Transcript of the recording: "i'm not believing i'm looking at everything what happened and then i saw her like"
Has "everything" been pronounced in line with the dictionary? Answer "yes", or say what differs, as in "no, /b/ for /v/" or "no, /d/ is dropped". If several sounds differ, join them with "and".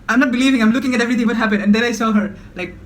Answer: no, /t/ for /θ/